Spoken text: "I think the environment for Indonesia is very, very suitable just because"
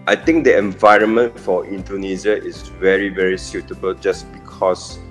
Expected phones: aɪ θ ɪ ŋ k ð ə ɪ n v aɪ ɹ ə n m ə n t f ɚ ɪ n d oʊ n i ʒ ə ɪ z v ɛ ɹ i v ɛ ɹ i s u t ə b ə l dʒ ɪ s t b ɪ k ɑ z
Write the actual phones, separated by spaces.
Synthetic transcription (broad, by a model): aɪ t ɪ ŋ k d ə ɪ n v aɪ ɹ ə n m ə n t f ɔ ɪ n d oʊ n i z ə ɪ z v ɛ ɹ i v ɛ ɹ i s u t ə b ə l dʒ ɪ s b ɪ k ɑ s